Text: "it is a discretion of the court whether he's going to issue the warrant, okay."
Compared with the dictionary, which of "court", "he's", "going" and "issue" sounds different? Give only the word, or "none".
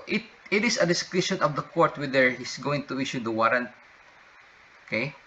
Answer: he's